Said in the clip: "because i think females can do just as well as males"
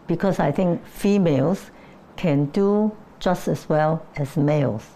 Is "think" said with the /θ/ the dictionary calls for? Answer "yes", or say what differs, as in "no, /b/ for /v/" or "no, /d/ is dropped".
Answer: no, /t/ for /θ/